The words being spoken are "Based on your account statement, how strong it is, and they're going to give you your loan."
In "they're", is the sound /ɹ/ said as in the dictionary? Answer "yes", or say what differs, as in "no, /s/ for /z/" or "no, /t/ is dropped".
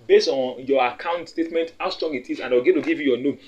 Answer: no, /l/ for /ɹ/